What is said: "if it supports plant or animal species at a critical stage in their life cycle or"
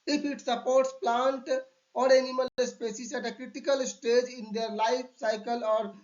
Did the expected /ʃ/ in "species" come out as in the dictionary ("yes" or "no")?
no